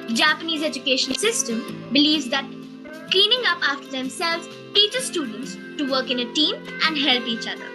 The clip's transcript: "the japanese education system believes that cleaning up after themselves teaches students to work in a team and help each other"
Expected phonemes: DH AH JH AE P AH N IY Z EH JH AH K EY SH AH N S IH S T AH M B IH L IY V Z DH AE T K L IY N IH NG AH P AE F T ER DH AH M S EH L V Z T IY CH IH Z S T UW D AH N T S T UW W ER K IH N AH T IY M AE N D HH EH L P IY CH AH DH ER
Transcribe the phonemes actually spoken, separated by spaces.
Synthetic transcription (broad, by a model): JH AE P AH N IY Z EH JH AH K EY SH AH N S IH S T AH M B IH L IY V Z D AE T K L IY N IH NG AH P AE F T ER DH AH M S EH L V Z T IY CH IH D S T UW D AH N T S T UW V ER K IH N AH T IY M AE N D HH EH L P IY CH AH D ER